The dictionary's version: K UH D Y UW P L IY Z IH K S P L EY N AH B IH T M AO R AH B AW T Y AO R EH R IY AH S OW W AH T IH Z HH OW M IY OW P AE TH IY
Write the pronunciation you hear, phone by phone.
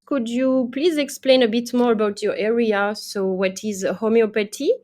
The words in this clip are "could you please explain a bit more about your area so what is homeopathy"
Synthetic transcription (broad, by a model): K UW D Y UW P L IY Z IH K S P L EY N AH B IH T M AO R AH B AW T Y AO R EH R IY AH S OW W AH T IH Z HH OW M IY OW P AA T IY